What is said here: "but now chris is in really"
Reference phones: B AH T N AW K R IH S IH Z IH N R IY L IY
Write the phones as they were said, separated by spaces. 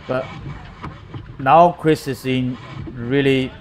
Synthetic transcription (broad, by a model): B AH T N AW K R IH S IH S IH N R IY L IY